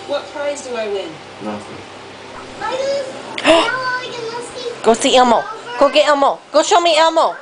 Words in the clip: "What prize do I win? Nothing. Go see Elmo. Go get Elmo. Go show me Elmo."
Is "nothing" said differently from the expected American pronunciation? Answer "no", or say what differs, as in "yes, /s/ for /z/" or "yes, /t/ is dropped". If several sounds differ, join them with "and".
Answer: yes, /f/ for /θ/